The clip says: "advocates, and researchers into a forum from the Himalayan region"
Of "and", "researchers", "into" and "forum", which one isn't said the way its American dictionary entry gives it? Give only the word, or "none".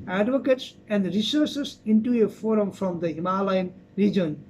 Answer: researchers